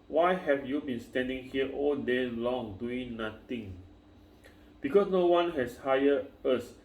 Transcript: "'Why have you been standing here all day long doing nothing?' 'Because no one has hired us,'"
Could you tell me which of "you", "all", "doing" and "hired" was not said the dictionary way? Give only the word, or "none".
hired